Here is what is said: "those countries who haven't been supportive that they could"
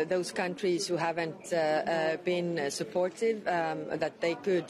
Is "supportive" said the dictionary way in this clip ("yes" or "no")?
yes